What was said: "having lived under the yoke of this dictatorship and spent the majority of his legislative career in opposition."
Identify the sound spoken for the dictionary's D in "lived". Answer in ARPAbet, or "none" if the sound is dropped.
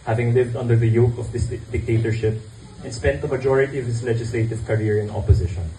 D